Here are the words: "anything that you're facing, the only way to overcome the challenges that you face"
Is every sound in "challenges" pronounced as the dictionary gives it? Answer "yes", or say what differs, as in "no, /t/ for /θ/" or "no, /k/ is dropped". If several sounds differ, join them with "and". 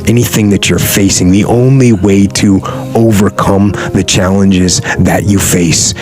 yes